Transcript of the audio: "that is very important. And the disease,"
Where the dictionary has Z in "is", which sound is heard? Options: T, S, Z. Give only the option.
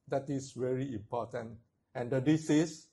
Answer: S